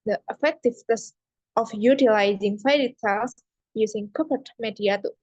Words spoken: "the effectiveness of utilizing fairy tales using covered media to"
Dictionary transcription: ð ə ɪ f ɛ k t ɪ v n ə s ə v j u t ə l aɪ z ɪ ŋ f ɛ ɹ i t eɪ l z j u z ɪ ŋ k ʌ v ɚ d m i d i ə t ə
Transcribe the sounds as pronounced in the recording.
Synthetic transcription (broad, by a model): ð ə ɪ f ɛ k t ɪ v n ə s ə f j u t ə l aɪ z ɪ ŋ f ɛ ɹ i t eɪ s j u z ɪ ŋ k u p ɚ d m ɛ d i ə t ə